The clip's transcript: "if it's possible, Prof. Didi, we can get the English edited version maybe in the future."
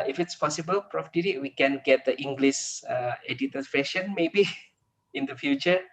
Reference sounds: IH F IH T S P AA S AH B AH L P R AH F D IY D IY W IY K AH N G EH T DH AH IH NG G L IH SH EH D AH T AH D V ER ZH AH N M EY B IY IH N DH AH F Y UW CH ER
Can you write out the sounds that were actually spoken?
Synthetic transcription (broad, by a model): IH F IH T S P AA S AH B AH L P R AH F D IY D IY W IY K AH N G EH T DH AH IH NG G L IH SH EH D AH T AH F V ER SH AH N M EY B IY IH N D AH F Y UW CH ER